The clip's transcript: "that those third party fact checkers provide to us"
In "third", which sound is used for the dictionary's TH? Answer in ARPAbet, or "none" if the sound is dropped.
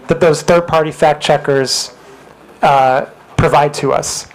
TH